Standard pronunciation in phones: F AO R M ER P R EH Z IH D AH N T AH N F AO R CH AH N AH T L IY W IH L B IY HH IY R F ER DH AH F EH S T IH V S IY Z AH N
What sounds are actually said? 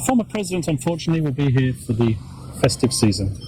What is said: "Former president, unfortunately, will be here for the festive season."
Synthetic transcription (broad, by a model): F AO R M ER P R EH Z IH D AH N T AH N F AO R CH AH N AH T L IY W IH L B IY HH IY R F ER DH AH F EH S T IH V S IY Z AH N